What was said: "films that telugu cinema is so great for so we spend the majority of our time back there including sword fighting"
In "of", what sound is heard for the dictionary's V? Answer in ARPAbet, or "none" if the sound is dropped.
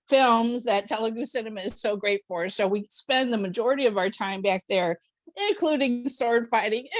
V